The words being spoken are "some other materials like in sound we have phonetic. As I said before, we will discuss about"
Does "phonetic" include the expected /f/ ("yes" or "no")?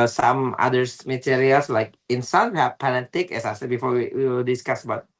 no